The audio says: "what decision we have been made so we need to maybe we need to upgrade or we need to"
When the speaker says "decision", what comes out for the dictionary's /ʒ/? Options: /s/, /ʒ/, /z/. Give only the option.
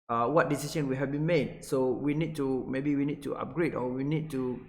/s/